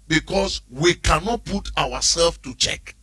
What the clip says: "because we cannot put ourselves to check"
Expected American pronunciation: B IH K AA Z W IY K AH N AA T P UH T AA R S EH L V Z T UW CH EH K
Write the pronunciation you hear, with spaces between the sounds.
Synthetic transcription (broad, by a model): B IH K AA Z W IY K AH N AA T P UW T AA W S EH L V T UW CH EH K